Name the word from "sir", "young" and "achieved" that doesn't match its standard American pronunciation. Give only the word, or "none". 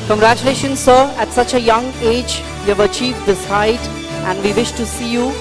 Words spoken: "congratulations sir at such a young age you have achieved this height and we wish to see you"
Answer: achieved